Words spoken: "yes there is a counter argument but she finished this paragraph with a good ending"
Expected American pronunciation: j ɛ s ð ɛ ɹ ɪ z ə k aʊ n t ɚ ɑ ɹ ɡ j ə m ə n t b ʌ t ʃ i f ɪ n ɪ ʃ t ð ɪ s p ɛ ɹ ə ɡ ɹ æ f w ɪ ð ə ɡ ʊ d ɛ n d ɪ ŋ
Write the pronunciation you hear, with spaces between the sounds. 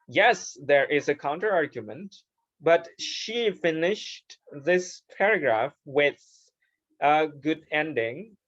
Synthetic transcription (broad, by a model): j ɛ s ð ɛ ɹ ɪ z ə k aʊ n t ɚ ɑ ɹ ɡ j ə m ə n t b ʌ t ʃ i f ɪ n ɪ ʃ t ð ɪ s p ɛ ɹ ə ɡ ɹ æ f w ɪ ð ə ɡ ʊ d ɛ n d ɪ ŋ